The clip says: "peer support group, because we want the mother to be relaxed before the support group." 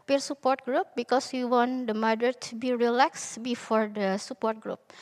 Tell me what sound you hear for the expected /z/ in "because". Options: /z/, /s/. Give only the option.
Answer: /s/